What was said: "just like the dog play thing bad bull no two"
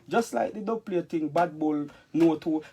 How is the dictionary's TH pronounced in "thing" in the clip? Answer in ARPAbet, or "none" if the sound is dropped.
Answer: T